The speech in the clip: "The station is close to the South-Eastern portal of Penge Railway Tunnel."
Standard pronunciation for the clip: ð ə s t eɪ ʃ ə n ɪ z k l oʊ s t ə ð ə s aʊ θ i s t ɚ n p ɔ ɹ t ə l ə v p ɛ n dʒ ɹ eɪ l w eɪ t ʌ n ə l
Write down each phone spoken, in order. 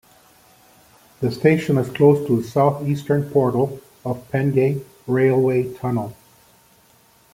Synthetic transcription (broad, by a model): ð ə s t eɪ ʃ ə n ɪ z k l oʊ s t ə ð ə s aʊ θ i s t ɚ n p ɔ ɹ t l ə v p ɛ n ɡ ɹ eɪ l w eɪ t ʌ n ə l